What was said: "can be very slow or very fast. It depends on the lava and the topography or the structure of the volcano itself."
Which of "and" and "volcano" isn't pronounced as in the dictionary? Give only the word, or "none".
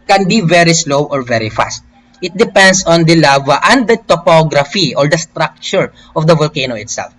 none